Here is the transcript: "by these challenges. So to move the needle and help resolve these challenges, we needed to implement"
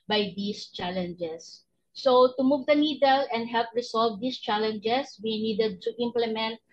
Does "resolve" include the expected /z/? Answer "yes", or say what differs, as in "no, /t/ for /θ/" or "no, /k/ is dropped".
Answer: no, /s/ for /z/